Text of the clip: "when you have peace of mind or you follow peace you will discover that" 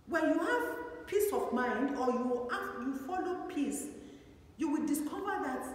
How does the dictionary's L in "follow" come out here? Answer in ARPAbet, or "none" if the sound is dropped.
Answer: L